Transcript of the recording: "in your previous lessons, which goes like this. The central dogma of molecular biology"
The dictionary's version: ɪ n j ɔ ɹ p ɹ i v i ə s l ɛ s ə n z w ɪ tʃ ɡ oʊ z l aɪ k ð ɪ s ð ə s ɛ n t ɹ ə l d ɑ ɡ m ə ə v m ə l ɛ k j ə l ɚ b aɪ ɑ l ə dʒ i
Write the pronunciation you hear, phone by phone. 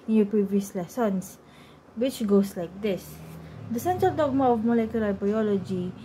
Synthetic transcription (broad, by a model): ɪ n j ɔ p ɹ i v i ə s l ɛ s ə n s w ɪ tʃ ɡ oʊ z l aɪ k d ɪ s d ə s ɛ n t ɹ ə l d ɑ ɡ m ə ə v m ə l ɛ k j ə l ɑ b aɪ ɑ l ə dʒ i